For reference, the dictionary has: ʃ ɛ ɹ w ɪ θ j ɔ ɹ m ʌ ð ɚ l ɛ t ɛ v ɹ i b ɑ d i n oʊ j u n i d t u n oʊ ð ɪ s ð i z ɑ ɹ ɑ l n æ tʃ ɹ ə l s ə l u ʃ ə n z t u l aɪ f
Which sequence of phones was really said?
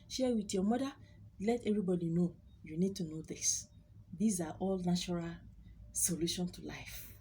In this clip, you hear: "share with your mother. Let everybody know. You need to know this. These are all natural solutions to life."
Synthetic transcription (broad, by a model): ʃ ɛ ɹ w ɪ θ j ɔ m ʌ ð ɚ l ɛ t ɛ v ɹ i b ɑ d i n oʊ j u n i d t u n oʊ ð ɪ s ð i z ɑ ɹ ɑ l n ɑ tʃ ɹ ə l s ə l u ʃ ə n t u l aɪ f